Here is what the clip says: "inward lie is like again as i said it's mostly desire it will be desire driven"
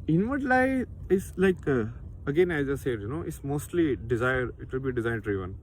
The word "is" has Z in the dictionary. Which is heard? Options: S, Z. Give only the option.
S